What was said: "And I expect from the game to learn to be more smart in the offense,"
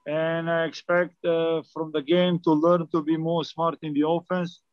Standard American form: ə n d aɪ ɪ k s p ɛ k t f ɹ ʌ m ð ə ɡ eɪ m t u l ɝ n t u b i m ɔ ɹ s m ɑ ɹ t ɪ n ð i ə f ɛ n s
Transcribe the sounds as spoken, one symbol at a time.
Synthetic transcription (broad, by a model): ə n aɪ ɪ k s p ɛ k t f ɹ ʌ m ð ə ɡ eɪ m t u l ɝ n t u b i m ɔ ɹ s m ɑ ɹ t ɪ n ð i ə f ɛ n s